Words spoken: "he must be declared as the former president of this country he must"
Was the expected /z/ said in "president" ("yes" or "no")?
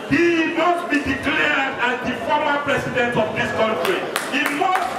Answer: no